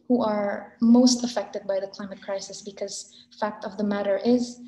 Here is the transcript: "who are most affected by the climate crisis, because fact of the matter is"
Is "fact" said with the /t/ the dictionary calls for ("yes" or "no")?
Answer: yes